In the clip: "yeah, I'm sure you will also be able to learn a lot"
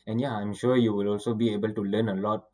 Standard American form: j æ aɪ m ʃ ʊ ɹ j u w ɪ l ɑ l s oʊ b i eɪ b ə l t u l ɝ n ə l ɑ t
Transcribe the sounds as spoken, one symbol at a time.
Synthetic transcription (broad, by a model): j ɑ aɪ m ʃ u j u w ɪ l ɑ l s oʊ b i eɪ b ə l t u l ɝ n ə l ɑ t